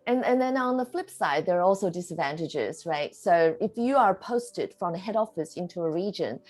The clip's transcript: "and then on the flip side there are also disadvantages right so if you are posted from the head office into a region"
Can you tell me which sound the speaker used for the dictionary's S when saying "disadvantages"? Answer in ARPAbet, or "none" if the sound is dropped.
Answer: S